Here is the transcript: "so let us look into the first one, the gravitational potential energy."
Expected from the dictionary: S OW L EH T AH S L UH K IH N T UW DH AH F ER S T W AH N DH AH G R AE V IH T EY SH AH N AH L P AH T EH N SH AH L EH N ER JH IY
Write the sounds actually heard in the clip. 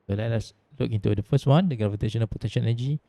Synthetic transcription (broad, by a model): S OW L EH T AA S L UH K IH N T UW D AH F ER S T W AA N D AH G R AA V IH T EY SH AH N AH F P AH T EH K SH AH N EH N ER JH IY